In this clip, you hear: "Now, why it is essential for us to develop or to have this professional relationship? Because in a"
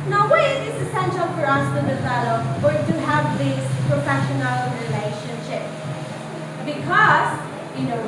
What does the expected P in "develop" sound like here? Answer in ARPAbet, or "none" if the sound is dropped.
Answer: F